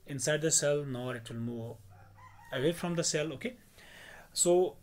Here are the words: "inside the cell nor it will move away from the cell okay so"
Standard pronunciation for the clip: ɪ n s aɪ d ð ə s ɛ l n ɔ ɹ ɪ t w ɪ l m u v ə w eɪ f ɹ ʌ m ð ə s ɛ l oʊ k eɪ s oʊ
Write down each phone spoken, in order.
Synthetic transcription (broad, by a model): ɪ n s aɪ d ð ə s ɛ l n ɔ ɹ ɪ t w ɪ l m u ə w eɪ f ɹ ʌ m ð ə s ɛ l oʊ k eɪ s oʊ